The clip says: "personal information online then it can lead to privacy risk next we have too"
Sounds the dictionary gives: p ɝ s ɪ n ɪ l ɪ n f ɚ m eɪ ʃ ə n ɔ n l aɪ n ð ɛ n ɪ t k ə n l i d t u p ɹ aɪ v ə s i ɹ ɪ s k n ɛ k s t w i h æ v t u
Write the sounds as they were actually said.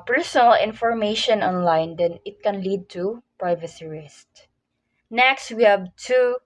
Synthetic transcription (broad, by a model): p ɝ s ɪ n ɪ l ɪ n f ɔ m eɪ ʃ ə n ɔ n l aɪ n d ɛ n ɪ t k ə n l i d t u p ɹ aɪ v ə s i ɹ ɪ s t n ɛ k s t w i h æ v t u